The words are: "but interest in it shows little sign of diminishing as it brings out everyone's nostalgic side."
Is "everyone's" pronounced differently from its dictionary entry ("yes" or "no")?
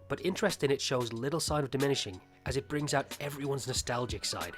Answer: no